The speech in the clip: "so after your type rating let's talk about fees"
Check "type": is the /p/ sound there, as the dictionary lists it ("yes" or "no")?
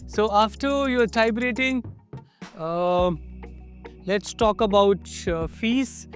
no